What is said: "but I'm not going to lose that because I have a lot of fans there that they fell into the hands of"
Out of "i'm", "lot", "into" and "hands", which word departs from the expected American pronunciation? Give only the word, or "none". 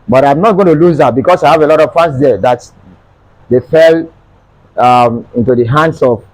hands